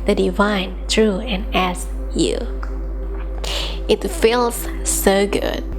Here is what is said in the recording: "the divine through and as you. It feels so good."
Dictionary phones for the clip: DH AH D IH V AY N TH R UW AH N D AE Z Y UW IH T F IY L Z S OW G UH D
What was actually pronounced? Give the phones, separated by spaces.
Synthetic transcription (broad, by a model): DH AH D IH V AY N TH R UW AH N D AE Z Y UW IH T F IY L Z S OW G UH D